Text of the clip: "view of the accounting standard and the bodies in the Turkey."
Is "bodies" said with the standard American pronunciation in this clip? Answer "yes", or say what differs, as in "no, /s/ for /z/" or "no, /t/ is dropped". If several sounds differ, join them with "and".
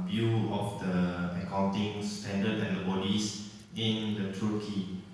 no, /s/ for /z/